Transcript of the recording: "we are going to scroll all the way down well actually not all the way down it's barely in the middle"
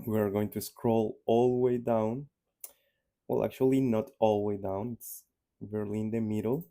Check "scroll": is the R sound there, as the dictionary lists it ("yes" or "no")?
yes